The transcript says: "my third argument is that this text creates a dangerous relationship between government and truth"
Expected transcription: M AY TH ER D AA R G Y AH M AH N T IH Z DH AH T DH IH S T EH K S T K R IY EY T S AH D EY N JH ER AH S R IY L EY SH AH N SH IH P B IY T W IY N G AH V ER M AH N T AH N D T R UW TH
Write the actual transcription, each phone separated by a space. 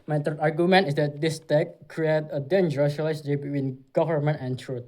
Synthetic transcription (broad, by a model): M AY T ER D AA R G Y AH M AH N T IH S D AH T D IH S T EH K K R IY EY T AH D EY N JH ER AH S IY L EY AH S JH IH B IY T W IY N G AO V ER M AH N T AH N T R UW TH